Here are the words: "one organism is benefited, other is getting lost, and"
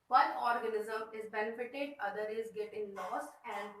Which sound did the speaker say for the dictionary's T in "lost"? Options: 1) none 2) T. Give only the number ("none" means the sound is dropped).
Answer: 1